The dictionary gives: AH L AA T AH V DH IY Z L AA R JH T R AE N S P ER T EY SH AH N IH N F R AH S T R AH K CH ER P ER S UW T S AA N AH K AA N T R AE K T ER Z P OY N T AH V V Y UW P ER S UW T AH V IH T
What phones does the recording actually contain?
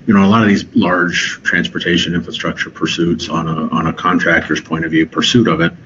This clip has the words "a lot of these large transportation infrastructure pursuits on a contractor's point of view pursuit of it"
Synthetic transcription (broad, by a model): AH L AA T AH V DH IY Z L AA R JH T R AE N S P ER T EY SH AH N IH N F R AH S T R AH K CH ER P ER S UW T S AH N AH K AA N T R AE K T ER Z P OY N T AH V V Y UW P ER S UW T AH V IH T